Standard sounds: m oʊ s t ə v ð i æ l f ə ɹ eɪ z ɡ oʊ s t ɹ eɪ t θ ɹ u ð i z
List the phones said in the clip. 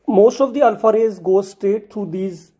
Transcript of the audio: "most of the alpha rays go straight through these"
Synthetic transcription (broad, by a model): m oʊ s t ə v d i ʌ l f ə ɹ eɪ z ɡ oʊ s t ɹ eɪ t t ɹ u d i z